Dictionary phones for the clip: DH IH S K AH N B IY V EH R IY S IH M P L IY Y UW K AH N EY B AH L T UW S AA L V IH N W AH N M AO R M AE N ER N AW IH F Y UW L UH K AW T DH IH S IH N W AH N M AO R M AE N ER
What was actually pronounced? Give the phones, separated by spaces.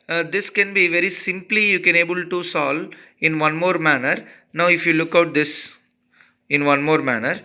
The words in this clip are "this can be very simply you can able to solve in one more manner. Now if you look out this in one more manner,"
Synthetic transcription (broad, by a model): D IH S K AH N B IY V EH R IY S IH M P L IY Y UW K AH N EY B AH L T UW S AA L IH N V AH N M AO R M AE N ER N AW IH F Y UW L UH K AW T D IH S IH N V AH N M AO R M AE N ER